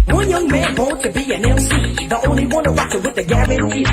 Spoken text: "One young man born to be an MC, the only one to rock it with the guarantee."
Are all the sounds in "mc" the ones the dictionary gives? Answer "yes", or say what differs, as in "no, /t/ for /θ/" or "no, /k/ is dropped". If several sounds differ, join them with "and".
no, /m/ is dropped